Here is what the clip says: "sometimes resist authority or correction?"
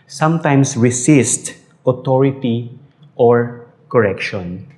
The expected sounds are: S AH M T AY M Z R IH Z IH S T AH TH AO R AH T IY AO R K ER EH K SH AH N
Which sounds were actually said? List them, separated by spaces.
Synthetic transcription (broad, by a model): S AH M T AY M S R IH S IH S T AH T AO R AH T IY AO R K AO EH K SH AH N